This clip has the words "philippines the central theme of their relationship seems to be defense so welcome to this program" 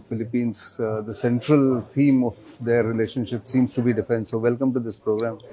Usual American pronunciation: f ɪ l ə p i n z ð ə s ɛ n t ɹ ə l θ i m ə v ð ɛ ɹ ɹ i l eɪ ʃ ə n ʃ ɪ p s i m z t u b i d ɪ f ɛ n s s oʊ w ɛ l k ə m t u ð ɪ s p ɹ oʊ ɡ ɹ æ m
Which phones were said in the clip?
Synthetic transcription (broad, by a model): f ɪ l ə p i n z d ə s ɛ n t ɹ ə l t i m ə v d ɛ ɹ ɹ i l eɪ ʃ ə n ʃ ɪ p s i m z t u b i d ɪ f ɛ n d s oʊ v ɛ l k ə m t u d ɪ s p ɹ oʊ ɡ ɹ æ m